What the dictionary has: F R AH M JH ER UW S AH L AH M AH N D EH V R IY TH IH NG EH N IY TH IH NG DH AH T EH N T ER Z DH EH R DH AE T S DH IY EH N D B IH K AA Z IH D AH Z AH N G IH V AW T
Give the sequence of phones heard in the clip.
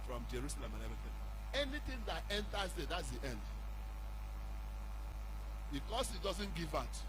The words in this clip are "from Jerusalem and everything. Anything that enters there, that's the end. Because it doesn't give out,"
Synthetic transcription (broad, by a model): F R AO M JH ER UW S AH L AH M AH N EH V IY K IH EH N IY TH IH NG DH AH T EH N T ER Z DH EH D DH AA T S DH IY EH N D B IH K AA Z IH D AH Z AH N G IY V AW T